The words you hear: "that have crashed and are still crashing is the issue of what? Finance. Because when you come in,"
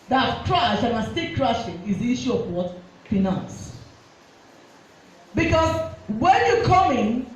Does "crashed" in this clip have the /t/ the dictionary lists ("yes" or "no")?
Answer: no